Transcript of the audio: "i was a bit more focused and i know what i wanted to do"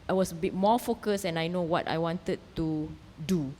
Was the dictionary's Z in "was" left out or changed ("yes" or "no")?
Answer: yes